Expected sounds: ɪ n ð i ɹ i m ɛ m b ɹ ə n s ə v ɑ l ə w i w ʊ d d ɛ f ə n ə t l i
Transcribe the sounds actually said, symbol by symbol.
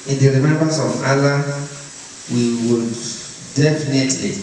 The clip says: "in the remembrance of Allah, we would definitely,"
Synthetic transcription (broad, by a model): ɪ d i ɹ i m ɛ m b ə s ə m ɑ l ə w i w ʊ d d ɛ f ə n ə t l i